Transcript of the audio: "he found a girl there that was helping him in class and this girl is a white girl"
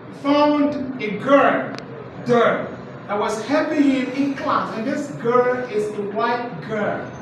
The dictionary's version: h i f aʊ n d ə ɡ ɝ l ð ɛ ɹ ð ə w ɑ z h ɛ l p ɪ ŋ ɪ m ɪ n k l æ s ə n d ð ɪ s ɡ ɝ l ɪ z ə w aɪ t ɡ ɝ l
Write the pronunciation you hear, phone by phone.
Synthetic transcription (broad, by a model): f aʊ n d ə ɡ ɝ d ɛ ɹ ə w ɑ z h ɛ p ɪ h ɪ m ɪ n k l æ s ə n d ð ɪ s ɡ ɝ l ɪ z ə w aɪ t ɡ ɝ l